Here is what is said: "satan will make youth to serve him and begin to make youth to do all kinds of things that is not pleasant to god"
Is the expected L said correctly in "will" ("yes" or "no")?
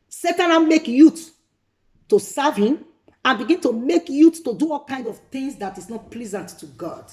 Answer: no